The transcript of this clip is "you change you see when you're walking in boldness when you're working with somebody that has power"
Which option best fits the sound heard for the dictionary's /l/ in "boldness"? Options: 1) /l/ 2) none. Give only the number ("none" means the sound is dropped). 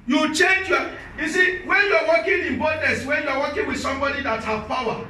2